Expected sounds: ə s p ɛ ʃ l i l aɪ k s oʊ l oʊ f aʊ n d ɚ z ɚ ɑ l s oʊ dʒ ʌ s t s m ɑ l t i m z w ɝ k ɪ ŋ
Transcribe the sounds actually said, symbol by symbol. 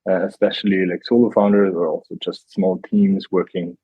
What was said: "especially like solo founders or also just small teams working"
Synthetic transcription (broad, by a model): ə s p ɛ ʃ l i l aɪ k s oʊ l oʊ f aʊ n d ɚ z ɚ ɑ l s oʊ dʒ ʌ s t s m ɑ l t i m z w ɝ k ɪ ŋ